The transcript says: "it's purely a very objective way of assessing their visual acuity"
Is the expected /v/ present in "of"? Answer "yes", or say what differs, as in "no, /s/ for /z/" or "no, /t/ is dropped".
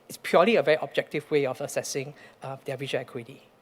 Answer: no, /f/ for /v/